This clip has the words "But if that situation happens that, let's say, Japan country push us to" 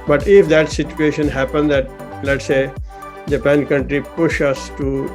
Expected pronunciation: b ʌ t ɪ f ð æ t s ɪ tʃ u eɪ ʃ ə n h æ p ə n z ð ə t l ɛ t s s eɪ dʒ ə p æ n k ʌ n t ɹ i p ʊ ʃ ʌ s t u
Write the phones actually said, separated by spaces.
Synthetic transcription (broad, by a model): b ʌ t ɪ f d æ t s ɪ tʃ u eɪ ʃ ə n h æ p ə n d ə t l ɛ t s s eɪ dʒ ə p æ n k ʌ n t ɹ i p ʊ ʃ ʌ s t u